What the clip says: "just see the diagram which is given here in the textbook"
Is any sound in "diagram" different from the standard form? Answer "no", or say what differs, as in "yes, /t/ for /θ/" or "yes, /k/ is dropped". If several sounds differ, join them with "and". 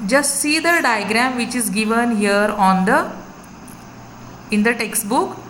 no